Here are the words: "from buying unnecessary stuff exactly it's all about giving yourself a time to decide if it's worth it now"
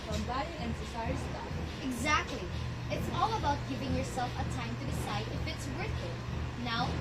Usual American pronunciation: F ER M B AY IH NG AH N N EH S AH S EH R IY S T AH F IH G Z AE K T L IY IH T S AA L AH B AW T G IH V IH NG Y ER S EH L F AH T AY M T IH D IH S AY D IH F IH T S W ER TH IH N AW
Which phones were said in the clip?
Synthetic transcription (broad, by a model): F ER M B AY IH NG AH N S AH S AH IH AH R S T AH IH G Z AE K T L IY IH T S AA L AH B AW T G IH V IH NG Y ER S EH L F AH T AY M T IH D IH S AY D IH F IH T S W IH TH IH N AW